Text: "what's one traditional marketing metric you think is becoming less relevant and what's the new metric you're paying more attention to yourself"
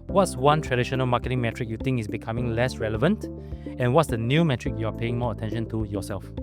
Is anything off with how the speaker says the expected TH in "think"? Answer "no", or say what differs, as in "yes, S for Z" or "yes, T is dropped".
yes, T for TH